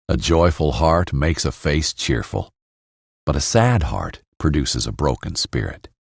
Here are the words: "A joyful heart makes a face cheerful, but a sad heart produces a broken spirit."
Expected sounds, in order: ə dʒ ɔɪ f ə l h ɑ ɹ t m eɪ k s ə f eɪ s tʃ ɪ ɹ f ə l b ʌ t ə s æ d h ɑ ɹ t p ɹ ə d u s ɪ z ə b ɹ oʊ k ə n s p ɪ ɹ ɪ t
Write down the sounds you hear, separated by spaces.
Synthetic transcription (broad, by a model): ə dʒ ɔɪ f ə l h ɑ ɹ t m eɪ k s ə f eɪ s tʃ ɪ ɹ f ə l b ʌ t ə s æ d h ɑ ɹ t p ɹ ə d u s ɪ z ə b ɹ oʊ k ə n s p ɪ ɹ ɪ t